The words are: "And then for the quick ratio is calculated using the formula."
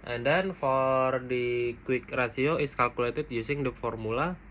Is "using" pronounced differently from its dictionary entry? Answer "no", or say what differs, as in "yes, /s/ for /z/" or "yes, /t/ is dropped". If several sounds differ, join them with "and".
yes, /s/ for /z/